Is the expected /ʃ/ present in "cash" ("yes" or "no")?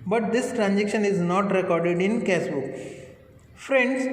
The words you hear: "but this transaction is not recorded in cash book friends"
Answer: no